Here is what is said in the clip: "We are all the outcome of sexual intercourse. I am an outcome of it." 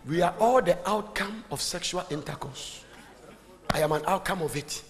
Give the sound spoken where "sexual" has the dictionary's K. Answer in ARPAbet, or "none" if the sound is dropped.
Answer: K